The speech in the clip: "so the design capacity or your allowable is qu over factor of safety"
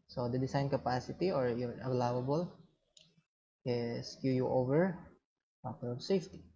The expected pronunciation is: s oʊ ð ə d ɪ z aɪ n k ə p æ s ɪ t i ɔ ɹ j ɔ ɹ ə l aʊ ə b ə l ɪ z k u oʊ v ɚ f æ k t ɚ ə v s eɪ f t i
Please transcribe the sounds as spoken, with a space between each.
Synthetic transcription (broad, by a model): s oʊ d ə d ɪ s aɪ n k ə p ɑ s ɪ t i ɔ ɹ j ɔ ɹ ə l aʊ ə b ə l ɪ s k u oʊ v ɚ p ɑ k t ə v s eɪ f t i